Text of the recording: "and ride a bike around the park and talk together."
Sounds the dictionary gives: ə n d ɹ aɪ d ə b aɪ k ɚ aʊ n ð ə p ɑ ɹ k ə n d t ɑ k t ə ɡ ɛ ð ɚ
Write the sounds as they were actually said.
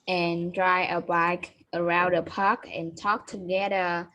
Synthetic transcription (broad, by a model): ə n d ɹ aɪ ə b aɪ k ɚ aʊ n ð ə p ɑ k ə n t ɑ k t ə ɡ ɛ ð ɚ